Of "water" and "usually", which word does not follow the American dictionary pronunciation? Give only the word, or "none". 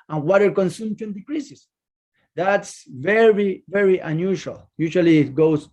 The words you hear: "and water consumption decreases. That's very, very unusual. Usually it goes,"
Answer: usually